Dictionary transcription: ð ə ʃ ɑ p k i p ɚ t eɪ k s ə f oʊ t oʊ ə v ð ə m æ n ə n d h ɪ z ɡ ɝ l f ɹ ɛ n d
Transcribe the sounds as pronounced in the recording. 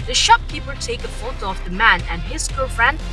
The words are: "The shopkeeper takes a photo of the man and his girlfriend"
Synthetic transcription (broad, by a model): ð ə ʃ ɑ p k i p ɚ t eɪ k ə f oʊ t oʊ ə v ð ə m æ n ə n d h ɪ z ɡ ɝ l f ɹ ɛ n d